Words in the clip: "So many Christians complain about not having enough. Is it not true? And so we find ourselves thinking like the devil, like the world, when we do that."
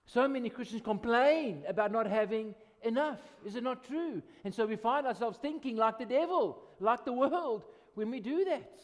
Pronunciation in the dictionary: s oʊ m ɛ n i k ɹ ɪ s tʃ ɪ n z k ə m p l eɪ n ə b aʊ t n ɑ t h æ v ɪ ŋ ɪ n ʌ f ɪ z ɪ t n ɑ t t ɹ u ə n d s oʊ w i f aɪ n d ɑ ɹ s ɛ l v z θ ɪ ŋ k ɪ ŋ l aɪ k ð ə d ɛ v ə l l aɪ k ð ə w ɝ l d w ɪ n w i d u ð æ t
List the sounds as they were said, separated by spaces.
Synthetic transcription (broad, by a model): s oʊ m ɛ n i k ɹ ɪ s tʃ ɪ n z k ə m p l eɪ n ə b aʊ t n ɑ t h æ v ɪ ŋ ɪ n ʌ f ɪ z ɪ t n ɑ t t ɹ u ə n s oʊ w i f aɪ n d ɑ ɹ s ɛ l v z θ ɪ ŋ k ɪ ŋ l aɪ k ð ə d ɛ v ə l l aɪ k ð ə w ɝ l d w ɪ n w i d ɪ ð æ t